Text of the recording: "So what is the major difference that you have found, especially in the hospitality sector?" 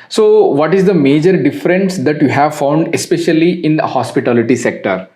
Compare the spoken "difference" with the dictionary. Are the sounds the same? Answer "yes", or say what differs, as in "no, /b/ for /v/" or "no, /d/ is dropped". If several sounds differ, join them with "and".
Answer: yes